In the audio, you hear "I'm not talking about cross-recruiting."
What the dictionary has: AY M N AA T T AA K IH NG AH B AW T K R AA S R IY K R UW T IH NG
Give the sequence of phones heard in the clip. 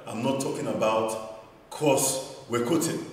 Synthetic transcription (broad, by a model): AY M N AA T T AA K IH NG AH B AW T K AA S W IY K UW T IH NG